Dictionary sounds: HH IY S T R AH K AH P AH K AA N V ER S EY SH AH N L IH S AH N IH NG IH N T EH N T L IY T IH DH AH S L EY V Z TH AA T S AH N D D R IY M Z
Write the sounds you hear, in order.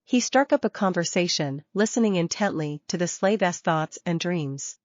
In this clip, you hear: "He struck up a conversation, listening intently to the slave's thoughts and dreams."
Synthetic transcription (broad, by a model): HH IY S T R AH K AH P AH K AA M V ER S EY SH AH N L IH S AH N IH NG IH N T EH N T L IY T IH DH AH S L EY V S TH AA T S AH N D D R IY M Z